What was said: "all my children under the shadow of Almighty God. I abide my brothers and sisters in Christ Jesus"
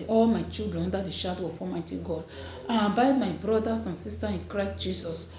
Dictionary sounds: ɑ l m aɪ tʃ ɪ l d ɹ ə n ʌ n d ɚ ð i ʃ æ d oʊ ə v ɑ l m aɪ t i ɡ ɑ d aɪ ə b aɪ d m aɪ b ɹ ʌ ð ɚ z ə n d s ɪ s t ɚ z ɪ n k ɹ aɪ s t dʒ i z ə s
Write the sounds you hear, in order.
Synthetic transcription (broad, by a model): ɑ l m aɪ tʃ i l d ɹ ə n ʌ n d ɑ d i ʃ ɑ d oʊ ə f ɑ m aɪ t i ɡ ɑ d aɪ ə b aɪ d m aɪ b ɹ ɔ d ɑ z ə n s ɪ s t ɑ ɪ n k ɹ aɪ s t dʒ i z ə s